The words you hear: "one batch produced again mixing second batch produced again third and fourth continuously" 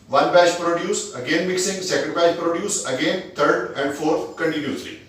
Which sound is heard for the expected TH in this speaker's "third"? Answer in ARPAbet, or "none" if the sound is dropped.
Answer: T